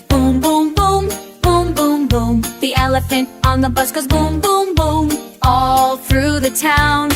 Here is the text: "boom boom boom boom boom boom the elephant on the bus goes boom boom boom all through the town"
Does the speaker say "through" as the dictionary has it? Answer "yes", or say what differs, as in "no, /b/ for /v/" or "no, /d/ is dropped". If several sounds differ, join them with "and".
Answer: yes